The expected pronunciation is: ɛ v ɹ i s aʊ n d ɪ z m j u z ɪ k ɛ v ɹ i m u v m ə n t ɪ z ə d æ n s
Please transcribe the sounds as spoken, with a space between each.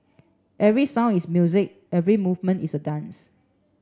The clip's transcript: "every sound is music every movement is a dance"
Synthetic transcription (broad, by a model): ɛ v ɹ i s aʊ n ɪ s m j u z ɪ k ɛ v ɹ i m u v m ə n t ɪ s ə d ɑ n s